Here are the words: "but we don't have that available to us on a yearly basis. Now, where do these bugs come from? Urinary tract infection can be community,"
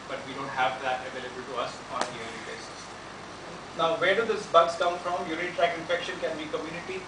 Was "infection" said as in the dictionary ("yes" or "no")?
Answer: yes